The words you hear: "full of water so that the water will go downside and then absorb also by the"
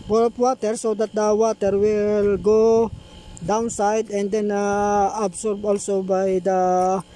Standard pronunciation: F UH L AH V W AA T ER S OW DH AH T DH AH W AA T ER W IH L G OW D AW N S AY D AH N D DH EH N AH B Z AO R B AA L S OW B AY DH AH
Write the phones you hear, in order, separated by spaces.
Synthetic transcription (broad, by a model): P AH P W AA T ER S OW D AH T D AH W AA T ER W IH L G OW D AW N S AY D AH N D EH N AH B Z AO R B AA L S OW B AY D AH